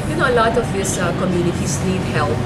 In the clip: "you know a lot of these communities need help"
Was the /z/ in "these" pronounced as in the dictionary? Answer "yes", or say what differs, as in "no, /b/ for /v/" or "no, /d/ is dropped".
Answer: no, /s/ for /z/